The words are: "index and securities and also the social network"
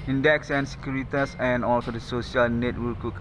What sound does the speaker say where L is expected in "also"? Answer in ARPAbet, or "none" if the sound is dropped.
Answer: L